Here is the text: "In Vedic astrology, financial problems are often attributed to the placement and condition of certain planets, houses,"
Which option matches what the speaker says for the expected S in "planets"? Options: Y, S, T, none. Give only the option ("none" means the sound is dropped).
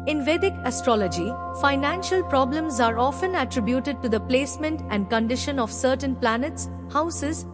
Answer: S